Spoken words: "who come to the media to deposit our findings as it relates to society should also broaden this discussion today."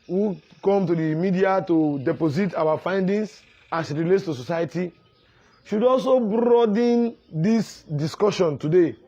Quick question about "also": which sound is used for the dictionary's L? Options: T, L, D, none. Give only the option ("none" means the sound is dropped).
L